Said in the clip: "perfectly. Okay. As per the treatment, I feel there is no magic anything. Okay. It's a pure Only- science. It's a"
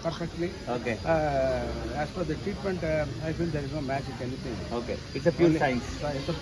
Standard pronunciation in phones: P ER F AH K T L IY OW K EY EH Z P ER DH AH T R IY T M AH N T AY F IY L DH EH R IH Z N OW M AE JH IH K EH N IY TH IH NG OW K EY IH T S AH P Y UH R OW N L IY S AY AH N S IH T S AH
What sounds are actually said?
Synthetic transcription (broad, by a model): P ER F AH K T L IY OW K EY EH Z F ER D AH T R IY T M AH N T AY F IY L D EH R IH Z N OW M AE CH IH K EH N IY T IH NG OW K EY IH T S AH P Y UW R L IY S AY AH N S IH T S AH